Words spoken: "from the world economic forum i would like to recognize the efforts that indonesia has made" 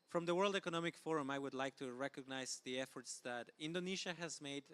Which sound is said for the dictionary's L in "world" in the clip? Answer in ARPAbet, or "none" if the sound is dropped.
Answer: L